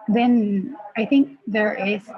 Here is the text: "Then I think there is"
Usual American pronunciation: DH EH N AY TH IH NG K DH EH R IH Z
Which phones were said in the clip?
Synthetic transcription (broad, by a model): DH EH N AY TH IH NG K DH EH R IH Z